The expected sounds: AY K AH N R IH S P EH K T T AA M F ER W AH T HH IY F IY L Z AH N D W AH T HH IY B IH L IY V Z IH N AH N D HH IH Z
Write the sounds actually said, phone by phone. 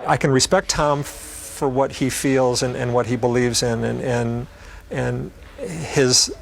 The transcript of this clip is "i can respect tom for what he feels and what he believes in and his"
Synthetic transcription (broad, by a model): AY K AH N R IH S P EH K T T AA M F ER W AH T HH IY F IY L Z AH N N W AH T HH IY B IH L IY V Z IH N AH N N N IH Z